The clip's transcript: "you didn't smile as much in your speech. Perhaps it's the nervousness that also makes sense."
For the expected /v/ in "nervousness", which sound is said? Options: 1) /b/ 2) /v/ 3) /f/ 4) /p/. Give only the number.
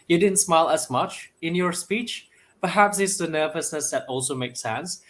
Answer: 2